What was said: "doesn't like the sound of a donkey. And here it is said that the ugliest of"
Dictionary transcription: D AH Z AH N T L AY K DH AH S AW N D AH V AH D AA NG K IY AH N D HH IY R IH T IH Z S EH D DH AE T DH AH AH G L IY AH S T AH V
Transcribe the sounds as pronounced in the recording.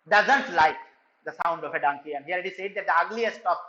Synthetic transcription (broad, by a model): D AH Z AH N T L AY K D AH S AW N D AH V AH D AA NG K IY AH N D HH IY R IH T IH S EH D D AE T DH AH AH G L IY AH S T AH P